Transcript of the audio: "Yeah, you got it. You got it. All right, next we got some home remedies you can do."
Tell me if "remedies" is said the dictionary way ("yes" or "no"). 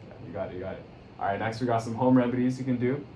yes